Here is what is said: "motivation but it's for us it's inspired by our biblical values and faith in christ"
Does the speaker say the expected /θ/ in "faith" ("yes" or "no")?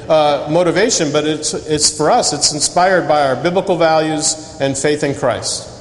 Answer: yes